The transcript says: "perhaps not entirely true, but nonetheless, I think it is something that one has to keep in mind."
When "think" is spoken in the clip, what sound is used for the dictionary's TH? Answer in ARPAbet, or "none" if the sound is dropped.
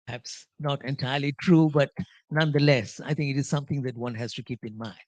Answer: T